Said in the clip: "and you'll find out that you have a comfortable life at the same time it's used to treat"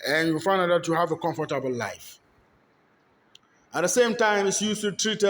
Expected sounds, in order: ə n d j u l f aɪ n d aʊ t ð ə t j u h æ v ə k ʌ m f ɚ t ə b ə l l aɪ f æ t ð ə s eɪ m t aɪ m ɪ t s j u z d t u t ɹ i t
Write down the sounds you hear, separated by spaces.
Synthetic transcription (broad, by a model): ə n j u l f aɪ n d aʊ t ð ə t j u h æ v ə k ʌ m f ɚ t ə b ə l l aɪ f æ t ð ə s eɪ m t aɪ m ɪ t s j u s t u t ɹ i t